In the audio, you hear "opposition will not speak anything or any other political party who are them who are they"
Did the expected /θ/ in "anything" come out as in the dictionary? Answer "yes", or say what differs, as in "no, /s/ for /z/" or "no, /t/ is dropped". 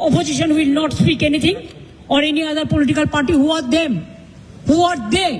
no, /t/ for /θ/